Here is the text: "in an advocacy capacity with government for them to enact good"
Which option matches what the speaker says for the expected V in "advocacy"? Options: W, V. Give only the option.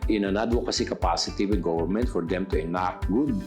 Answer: W